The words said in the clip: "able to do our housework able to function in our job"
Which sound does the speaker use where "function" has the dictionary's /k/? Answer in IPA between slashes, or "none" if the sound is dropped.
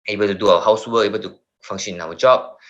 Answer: none